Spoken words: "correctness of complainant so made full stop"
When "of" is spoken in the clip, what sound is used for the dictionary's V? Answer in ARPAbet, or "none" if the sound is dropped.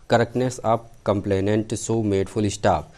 P